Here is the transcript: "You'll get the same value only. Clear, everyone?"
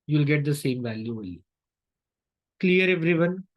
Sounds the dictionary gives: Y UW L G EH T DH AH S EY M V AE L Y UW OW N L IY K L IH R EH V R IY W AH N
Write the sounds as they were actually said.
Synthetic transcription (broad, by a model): Y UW L G EH T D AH S EY M V AE L Y UW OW L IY K L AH R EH V R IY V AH N